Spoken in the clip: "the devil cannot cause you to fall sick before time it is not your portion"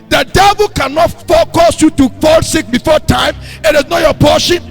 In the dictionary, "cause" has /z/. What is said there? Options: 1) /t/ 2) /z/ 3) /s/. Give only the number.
3